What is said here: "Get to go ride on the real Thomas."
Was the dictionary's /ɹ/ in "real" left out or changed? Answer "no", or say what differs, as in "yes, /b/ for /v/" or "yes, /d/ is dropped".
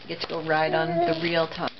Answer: no